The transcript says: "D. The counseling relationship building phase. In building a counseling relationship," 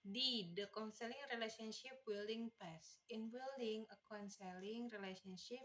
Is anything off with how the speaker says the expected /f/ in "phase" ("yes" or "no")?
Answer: yes